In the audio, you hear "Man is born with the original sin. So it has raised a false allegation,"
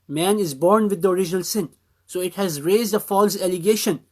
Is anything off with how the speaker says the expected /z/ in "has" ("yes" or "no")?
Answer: no